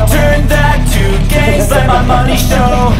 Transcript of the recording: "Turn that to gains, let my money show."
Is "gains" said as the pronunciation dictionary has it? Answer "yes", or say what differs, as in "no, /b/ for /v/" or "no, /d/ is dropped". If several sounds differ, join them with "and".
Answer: no, /n/ is dropped